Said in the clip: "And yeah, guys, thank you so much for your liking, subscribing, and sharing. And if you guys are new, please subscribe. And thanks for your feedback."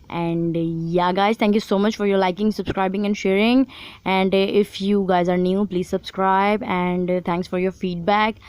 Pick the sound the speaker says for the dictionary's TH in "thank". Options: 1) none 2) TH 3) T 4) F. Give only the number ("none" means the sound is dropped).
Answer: 3